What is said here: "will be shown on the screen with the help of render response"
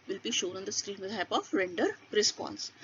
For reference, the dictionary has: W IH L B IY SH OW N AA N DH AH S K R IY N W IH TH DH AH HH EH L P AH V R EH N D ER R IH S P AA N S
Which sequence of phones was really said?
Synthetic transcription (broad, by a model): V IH L B IY SH OW N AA N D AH S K R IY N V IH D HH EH P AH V R EH N D ER R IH S P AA N S